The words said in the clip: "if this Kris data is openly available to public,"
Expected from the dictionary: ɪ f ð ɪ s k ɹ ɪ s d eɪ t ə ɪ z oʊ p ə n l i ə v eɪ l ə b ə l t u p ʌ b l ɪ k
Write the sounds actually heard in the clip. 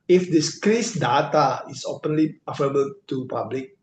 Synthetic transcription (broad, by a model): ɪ f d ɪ s k ɹ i s d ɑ t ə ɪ s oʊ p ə n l i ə f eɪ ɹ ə b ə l t u p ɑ b l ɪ k